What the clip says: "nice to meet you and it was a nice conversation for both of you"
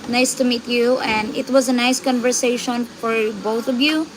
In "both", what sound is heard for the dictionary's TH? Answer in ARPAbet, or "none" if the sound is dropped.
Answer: T